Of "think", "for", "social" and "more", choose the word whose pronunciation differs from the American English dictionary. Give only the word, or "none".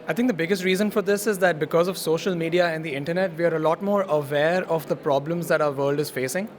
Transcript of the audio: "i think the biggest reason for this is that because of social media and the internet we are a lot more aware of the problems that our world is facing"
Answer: think